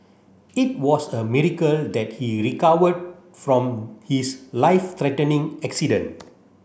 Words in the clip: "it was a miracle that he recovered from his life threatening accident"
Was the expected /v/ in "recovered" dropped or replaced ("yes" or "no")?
yes